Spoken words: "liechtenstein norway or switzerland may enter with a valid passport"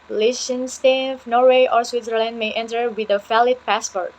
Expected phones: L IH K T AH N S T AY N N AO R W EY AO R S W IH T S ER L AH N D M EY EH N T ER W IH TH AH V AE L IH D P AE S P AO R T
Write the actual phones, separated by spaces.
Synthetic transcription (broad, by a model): L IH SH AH N S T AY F N AO R W EY AO R S W IH T S ER L AH N D M EY EH N T ER W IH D AH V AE L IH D P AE S P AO R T